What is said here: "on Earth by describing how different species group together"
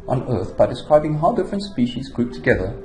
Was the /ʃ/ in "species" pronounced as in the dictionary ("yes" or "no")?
yes